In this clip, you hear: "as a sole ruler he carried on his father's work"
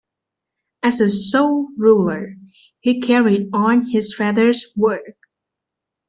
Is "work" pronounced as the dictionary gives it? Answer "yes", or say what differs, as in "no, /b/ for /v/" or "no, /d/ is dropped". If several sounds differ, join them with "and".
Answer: yes